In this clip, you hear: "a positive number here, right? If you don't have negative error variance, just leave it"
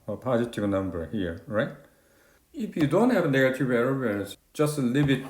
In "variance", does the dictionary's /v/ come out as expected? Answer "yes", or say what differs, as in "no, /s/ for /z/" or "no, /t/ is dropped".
no, /w/ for /v/